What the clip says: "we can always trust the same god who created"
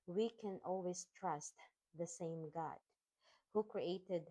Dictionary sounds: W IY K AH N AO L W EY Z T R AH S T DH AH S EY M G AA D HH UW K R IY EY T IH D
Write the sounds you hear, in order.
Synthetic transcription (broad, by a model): W IY K AH N AO L W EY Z T R AH S T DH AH S EY M G AA D HH UW K R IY EY T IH D